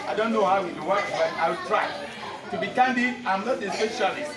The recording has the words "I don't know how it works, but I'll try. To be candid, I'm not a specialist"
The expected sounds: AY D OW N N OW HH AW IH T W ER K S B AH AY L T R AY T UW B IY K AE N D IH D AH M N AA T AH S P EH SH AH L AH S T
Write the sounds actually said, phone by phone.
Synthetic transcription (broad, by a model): AY D OW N N OW HH AW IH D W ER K B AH AY W T R AY T UW B IY K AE N D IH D AH M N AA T AH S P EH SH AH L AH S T